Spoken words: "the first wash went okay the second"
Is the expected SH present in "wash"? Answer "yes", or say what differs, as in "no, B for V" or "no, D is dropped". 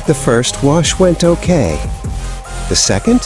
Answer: yes